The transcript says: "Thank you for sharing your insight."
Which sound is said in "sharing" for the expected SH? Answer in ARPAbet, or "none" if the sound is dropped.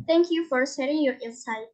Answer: S